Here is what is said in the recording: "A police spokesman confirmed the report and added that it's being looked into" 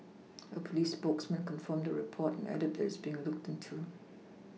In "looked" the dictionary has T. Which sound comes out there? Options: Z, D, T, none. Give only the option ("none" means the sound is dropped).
T